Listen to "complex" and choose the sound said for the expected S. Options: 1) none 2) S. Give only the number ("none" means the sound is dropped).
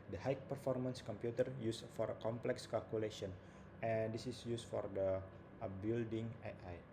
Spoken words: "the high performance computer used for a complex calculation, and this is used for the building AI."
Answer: 2